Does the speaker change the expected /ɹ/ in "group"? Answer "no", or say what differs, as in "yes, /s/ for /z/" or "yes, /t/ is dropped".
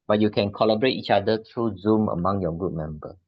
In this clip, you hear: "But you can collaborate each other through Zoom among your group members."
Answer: yes, /ɹ/ is dropped